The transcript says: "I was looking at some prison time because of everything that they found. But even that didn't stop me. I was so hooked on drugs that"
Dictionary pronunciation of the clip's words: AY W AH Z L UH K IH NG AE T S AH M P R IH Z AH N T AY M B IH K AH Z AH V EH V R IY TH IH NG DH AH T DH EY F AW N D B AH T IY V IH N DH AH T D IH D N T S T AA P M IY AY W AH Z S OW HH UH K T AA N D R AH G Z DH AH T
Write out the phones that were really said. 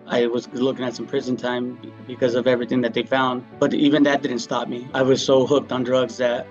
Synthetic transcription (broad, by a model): AY W AH Z L UH K IH NG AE T S AH M P R IH Z AH N T AY M B IH K AH Z AH V EH V R IY TH IH NG DH AH T DH EY F AW N D B AH T IY V IH N DH AH T D IH D N T S T AA P M IY AY W AH Z S OW HH UH K T N D R AH G Z DH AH T